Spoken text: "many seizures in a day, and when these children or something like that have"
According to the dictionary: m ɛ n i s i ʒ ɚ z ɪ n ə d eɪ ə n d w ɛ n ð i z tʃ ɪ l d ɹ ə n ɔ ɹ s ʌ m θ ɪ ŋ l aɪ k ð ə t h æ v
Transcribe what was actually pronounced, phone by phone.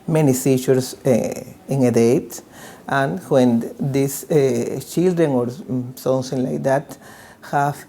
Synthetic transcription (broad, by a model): m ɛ n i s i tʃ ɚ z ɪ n ə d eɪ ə n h w ɛ n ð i s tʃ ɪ l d ɹ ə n ɔ ɹ s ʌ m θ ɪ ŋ l aɪ k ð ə t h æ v